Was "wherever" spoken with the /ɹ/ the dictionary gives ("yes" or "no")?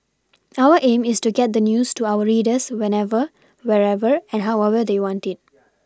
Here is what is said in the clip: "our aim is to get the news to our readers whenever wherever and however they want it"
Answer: yes